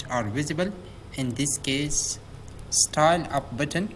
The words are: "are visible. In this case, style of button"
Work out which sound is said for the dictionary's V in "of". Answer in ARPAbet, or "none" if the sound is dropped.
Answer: P